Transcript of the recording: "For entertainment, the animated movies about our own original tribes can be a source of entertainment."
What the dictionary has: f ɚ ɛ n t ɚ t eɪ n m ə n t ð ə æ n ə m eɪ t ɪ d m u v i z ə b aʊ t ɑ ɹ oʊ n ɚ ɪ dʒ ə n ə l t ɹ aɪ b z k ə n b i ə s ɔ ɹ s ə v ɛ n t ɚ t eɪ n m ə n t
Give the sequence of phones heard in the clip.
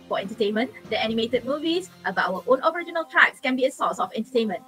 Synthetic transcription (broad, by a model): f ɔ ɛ n t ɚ t eɪ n m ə n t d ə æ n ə m eɪ t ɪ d m u v i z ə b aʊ ʌ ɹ oʊ n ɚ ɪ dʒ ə n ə l t ɹ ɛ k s k ə n b i ə s ɔ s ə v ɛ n t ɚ t eɪ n m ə n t